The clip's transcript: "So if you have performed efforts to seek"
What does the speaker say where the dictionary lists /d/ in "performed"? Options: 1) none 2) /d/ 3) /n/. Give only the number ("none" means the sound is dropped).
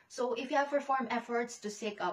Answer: 1